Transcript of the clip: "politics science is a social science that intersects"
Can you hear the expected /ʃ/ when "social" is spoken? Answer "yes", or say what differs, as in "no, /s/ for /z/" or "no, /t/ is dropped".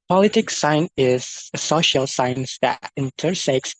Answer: yes